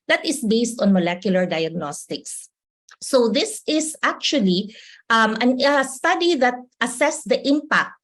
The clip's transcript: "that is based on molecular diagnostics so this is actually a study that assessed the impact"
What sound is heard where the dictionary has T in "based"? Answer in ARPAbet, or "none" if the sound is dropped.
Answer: T